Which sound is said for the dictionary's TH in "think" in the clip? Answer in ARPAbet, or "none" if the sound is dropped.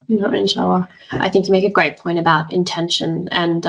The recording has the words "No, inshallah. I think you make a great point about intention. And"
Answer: TH